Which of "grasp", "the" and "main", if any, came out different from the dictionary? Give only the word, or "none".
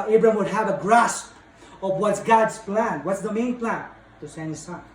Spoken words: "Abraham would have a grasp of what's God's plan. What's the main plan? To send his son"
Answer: none